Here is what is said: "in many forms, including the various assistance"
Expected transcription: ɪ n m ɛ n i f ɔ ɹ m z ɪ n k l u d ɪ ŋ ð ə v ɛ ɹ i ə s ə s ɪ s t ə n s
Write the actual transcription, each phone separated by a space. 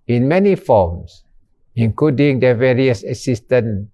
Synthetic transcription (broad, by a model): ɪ n m ɛ n i f ɔ m s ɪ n k l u d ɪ ŋ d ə v ɛ ɹ i ə s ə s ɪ s t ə n